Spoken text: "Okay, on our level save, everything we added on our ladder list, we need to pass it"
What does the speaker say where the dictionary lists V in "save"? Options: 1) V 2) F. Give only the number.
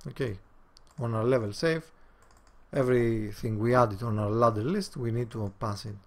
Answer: 2